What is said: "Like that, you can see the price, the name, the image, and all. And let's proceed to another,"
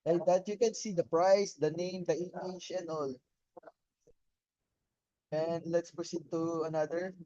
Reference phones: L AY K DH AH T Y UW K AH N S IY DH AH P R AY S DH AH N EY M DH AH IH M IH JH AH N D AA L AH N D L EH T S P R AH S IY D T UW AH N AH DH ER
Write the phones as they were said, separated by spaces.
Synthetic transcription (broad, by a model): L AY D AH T Y UW K AH N S IY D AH P R AY S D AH N EY M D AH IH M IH CH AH N AA L AH N D L EH T S P R AH S IY D T UW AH N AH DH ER